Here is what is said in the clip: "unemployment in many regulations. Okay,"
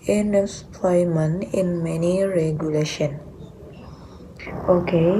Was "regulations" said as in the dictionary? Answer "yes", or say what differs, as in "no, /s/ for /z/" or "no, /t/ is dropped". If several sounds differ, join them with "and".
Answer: no, /z/ is dropped